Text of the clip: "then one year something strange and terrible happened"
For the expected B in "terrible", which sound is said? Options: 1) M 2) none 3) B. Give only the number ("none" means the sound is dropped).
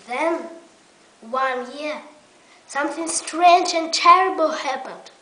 3